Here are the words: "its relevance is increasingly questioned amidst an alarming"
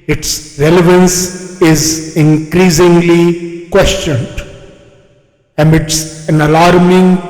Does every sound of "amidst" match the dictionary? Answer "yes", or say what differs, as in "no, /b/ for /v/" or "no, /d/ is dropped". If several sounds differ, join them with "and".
no, /t/ is dropped